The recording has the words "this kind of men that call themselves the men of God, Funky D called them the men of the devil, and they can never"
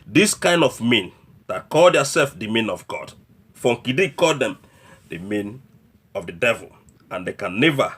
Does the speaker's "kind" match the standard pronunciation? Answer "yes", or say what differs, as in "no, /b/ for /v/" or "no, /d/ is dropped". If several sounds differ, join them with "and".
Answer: yes